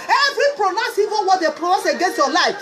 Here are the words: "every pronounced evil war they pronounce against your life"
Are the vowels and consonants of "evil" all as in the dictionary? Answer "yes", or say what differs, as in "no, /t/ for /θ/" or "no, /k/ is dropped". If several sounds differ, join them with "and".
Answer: no, /n/ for /l/